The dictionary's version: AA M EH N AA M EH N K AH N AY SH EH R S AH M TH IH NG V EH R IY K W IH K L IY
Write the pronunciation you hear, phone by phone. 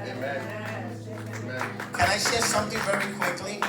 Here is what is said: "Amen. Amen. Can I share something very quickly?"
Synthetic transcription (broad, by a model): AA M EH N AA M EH K AH N AY SH EH R S AH M TH IH NG V EH R IY K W IH K L IY